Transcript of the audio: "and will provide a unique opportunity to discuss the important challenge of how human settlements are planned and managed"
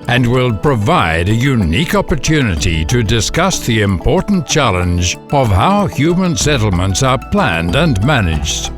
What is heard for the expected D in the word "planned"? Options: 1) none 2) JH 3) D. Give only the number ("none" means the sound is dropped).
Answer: 3